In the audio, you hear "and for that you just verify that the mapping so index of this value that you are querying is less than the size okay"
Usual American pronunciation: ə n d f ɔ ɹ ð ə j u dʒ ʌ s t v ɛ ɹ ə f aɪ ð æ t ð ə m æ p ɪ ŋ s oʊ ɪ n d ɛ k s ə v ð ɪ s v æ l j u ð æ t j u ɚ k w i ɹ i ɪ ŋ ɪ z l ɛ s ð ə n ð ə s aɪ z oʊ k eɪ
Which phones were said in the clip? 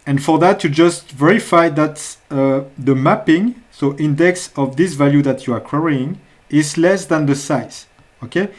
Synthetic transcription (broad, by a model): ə n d f ɔ ɹ ð ə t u dʒ ʌ s t v ɛ ɹ ə f aɪ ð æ t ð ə m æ p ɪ ŋ s oʊ ɪ n d ɛ k s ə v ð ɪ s v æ l j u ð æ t j u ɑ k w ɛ ɹ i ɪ ŋ ɪ z l ɛ s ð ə n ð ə s aɪ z oʊ k eɪ